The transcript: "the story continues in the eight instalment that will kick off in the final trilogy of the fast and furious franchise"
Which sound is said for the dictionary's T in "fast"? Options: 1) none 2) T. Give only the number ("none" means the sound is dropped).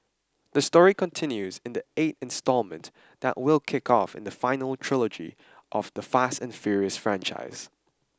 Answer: 2